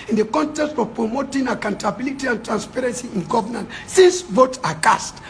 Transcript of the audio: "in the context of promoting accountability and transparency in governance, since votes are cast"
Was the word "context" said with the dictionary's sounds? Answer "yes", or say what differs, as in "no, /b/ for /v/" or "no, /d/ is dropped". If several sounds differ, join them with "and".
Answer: yes